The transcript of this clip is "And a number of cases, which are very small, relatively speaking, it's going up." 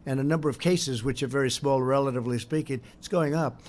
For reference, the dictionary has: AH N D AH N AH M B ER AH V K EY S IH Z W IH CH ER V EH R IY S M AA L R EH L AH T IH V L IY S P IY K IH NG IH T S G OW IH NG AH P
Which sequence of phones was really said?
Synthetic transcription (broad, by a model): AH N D AH N AH M B ER AH V K EY S IH Z W IH CH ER V EH R IY S M AA L R EH L AH T IH V L IY S P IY K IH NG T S G OW IH NG AH P